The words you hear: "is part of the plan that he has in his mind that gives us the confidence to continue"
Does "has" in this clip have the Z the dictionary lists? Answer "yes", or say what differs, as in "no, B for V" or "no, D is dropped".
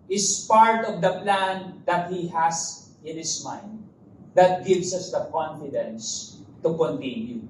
no, S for Z